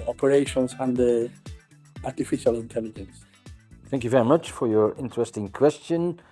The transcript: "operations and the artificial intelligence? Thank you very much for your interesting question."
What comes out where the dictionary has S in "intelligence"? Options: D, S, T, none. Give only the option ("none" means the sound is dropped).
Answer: S